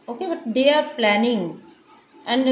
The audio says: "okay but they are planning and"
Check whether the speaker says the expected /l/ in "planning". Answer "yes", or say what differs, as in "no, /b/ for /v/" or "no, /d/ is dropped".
yes